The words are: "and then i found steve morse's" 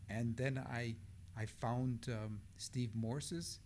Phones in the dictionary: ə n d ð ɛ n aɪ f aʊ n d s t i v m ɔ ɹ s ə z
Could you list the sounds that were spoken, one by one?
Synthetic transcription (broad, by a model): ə n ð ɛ n aɪ f aʊ n d s t i v m ɔ ɹ s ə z